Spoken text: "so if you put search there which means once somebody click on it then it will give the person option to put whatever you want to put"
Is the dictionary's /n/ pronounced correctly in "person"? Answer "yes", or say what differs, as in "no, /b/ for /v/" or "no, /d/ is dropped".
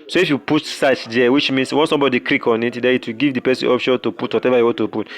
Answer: no, /n/ is dropped